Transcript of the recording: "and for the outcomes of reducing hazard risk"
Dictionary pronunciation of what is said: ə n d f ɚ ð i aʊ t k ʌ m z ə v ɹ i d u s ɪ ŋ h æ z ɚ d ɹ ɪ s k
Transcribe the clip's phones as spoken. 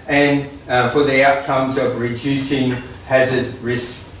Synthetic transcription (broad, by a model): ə n f ɚ ð i aʊ t k ʌ m z ə v ɹ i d u s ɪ ŋ h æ z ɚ d ɹ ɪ s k